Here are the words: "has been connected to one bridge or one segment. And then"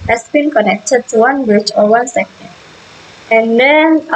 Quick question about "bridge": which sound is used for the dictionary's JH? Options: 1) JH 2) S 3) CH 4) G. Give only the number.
3